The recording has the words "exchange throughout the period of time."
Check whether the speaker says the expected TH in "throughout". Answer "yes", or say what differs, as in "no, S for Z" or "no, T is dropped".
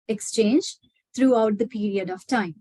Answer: no, T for TH